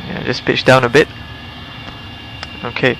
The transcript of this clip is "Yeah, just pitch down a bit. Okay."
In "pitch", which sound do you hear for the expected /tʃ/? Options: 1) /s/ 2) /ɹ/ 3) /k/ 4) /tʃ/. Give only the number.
4